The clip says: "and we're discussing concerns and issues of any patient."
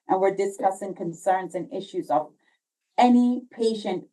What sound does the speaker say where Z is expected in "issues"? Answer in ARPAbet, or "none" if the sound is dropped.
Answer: Z